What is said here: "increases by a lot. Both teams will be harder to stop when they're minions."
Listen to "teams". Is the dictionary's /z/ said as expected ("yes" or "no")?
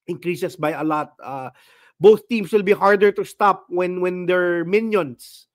no